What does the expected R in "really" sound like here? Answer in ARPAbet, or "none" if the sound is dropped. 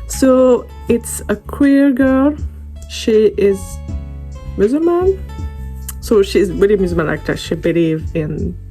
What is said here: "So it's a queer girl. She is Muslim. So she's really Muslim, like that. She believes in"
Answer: W